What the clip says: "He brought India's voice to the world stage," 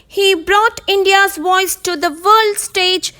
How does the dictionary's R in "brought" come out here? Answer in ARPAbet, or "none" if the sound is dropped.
R